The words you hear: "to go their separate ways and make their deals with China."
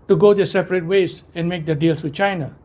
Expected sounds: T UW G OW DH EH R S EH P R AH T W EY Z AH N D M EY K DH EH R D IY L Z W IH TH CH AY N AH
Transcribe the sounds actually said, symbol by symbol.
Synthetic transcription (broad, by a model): T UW G OW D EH S EH P R AH T W EY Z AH N M EY K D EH D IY L S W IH CH AY N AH